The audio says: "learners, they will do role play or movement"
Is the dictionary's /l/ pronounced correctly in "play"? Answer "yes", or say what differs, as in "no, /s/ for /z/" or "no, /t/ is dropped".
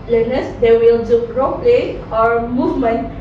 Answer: yes